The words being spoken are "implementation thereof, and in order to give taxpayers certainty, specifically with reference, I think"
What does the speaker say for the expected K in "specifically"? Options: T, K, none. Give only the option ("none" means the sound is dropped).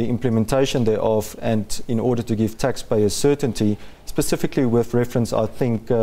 K